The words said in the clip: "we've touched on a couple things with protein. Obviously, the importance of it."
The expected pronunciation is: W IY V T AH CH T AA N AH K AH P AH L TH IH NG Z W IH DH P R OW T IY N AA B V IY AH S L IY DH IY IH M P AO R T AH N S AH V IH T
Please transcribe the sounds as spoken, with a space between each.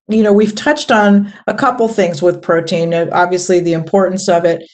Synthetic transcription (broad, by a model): W IY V T AH CH T N AH K AH P L TH IH NG Z W IH DH P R OW T IY N AA B V IY AH S L IY DH IY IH M P AO R T N S AH V IH T